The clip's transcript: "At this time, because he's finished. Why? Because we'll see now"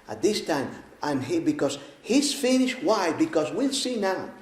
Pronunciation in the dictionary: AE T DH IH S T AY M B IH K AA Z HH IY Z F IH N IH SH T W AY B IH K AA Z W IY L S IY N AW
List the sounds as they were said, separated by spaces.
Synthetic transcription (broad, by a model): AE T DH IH S T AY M B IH K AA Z HH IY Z F IH N IH SH T W AY B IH K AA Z W IY L S IY N AW